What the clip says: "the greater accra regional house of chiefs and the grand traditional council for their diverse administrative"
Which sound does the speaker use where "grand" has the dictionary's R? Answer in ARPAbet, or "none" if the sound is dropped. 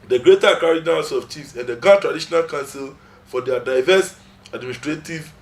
none